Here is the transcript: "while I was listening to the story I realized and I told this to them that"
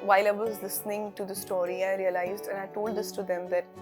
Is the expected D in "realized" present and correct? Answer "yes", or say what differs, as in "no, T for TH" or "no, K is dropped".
yes